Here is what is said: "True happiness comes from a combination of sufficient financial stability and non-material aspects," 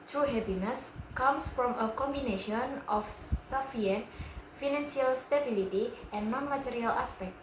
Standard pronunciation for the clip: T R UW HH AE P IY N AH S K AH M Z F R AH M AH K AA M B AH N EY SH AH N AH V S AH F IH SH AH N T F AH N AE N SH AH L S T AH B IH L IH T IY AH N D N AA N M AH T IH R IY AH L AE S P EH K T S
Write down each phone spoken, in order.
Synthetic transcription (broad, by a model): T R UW HH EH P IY N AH S K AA M S F R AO M AH K AA M B AH N EY SH AH N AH F S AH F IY AH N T F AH N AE N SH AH L S T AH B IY L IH T IY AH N N AA N M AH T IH R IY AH L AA S P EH K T